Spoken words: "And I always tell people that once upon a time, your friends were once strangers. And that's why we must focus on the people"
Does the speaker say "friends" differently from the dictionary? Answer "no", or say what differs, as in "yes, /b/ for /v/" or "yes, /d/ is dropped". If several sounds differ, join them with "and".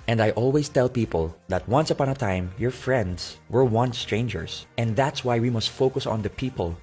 yes, /s/ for /z/